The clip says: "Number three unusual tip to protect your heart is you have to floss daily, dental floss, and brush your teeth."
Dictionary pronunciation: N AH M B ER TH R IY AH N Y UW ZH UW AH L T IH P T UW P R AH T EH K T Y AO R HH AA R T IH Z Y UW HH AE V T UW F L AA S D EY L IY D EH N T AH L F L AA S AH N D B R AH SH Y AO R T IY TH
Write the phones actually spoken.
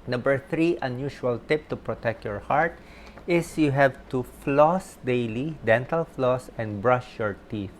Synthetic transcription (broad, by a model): N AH M B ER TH R IY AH N Y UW SH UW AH L T IH P T UW P R AH T EH K T Y AO R HH AA R T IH S Y UW HH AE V T UW F L AA S D EY L IY D EH N T AH L F L AA S AH N D B R AH SH Y AO R T IY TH